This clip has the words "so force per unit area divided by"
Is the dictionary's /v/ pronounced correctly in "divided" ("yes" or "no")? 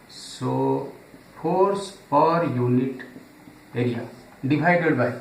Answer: no